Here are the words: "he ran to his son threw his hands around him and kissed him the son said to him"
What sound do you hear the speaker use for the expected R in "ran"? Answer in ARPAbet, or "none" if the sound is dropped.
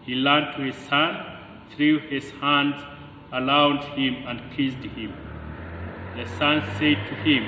L